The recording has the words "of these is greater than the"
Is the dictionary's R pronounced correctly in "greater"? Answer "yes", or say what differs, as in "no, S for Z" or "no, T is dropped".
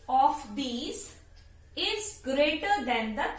yes